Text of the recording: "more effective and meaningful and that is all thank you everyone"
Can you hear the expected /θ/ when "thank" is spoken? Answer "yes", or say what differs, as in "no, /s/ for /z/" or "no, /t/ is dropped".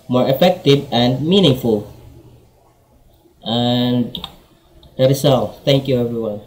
no, /t/ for /θ/